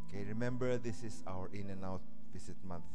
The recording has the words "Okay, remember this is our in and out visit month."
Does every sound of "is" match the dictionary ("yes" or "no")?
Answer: no